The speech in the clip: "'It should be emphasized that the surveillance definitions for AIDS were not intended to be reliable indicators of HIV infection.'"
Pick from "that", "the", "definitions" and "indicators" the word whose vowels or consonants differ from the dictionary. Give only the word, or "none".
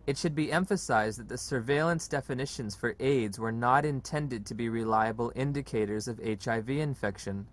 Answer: none